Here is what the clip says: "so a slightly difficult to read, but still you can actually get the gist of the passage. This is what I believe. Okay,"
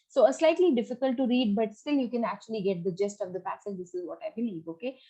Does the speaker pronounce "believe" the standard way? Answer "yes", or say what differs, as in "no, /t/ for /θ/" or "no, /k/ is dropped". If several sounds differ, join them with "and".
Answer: no, /n/ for /l/